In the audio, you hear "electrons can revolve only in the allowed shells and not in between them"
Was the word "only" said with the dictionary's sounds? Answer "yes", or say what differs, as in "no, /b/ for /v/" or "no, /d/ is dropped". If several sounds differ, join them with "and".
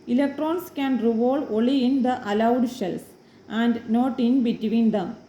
no, /n/ is dropped